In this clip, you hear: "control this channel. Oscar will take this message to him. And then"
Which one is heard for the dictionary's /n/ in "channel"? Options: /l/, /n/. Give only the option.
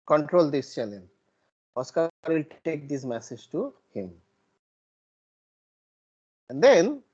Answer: /l/